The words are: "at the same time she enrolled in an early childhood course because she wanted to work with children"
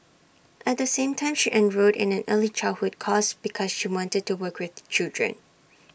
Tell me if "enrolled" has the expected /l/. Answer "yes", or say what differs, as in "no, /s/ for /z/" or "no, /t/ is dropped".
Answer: no, /l/ is dropped